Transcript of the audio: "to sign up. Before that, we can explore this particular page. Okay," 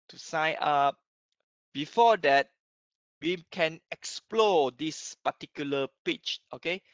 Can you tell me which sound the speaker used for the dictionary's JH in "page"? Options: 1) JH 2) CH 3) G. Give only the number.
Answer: 2